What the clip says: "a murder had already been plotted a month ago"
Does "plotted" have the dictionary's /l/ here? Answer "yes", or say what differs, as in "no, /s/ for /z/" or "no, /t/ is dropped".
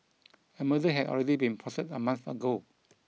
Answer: no, /l/ is dropped